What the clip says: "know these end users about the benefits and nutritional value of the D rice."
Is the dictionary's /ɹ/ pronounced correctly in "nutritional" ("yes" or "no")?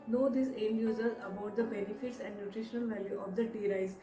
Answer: yes